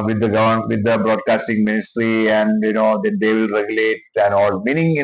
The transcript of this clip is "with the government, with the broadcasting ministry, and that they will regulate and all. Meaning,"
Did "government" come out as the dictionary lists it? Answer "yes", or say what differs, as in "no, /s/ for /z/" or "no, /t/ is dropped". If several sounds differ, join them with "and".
no, /n/ is dropped